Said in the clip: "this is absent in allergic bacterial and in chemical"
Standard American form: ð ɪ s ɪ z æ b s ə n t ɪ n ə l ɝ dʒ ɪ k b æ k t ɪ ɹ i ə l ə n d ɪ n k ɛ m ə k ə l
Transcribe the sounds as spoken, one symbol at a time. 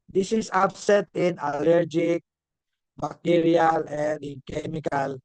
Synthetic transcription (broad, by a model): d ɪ s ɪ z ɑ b s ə t ɪ n ə l ɝ dʒ ɪ k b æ k t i ɹ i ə l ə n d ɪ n k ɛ m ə k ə l